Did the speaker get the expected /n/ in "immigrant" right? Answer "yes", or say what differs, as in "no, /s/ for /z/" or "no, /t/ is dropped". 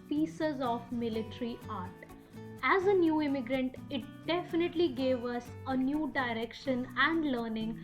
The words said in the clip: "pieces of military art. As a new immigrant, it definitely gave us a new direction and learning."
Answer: yes